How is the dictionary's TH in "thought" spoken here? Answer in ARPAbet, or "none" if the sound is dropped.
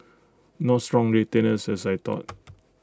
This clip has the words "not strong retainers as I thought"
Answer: T